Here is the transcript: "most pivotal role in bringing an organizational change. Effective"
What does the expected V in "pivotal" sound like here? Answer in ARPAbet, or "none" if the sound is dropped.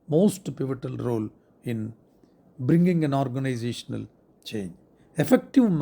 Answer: V